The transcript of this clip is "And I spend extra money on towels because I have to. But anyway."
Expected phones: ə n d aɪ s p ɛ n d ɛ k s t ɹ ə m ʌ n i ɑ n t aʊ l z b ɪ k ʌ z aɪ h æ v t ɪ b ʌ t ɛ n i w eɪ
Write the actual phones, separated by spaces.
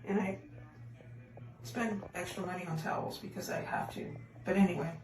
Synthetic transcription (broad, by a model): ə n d aɪ s p ɛ n d ɛ k s t ɹ ə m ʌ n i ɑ n t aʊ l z b ɪ k ʌ z aɪ h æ f t ɪ b ʌ t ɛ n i w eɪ